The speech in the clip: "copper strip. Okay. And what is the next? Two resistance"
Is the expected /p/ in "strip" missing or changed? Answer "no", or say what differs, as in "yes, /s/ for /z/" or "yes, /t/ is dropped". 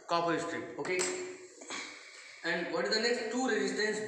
yes, /p/ is dropped